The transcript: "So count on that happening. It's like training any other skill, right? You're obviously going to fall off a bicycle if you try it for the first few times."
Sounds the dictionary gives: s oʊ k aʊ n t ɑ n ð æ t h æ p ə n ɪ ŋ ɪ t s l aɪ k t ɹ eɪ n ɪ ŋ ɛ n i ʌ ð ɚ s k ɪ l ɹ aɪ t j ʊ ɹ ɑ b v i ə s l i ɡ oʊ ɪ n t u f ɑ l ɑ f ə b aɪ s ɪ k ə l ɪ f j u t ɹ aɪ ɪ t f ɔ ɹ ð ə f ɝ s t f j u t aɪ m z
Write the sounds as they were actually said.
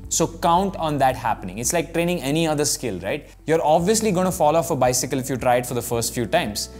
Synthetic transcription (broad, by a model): s oʊ k aʊ n t ɑ n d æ t h æ p ə n ɪ ŋ ɪ t s l aɪ k t ɹ eɪ n ɪ ŋ ɛ n i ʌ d ɚ s k ɪ l ɹ aɪ t j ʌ ɹ ɑ b v i ə s l i ɡ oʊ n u f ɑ l ɑ f ə b aɪ s ɪ k ə l ɪ f j u t ɹ aɪ ɪ t f ɔ ɹ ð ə f ɝ s t f j u t aɪ m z